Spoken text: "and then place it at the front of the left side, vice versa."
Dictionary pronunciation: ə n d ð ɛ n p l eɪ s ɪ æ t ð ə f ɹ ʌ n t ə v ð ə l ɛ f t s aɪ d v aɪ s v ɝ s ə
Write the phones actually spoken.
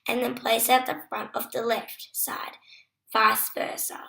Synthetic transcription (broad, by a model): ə n ð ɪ n p l eɪ s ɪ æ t ð ə f ɹ ʌ n t ə v ð ə l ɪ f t s aɪ d f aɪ s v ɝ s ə